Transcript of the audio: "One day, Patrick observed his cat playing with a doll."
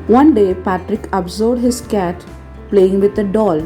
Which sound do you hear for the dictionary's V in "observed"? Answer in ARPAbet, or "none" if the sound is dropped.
none